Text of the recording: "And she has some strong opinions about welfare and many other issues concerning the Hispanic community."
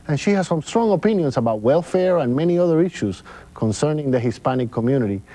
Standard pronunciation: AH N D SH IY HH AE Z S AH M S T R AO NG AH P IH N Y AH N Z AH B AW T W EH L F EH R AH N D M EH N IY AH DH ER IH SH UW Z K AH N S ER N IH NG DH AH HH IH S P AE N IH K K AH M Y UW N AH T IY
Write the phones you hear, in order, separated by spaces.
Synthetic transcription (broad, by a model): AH N SH IY HH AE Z S AH M S T R AO NG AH P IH N Y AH N S AH B AW T W EH L F EH R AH N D M EH N IY AH DH ER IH SH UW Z K AH N S ER N IH NG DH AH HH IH S P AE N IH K K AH M Y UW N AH T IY